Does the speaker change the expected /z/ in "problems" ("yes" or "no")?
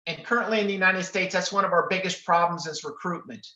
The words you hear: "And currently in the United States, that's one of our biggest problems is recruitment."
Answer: no